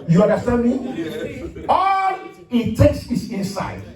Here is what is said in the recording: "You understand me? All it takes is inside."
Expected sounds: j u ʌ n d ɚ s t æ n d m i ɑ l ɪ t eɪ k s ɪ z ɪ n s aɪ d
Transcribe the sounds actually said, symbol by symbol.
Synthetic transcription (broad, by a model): j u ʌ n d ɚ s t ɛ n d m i ɑ l ɪ t eɪ k s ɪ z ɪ n s aɪ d